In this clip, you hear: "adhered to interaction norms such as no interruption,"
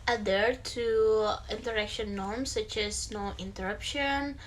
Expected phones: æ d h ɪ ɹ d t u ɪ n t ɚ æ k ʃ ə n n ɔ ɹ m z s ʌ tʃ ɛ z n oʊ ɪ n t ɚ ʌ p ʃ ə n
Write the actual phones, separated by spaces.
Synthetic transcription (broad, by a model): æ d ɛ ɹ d t u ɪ n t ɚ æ k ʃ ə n n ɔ ɹ m s ʌ tʃ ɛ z n oʊ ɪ n t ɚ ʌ p ʃ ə n